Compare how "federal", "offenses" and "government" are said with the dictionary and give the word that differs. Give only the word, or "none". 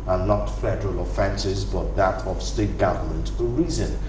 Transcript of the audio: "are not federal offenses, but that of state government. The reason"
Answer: none